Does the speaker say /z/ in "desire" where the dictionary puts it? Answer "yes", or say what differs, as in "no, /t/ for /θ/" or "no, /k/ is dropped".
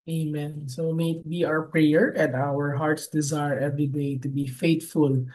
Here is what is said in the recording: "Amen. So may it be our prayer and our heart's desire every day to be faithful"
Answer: yes